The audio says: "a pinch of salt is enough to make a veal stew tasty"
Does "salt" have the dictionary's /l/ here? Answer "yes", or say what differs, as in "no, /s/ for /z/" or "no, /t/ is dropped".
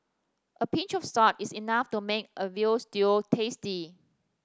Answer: no, /l/ is dropped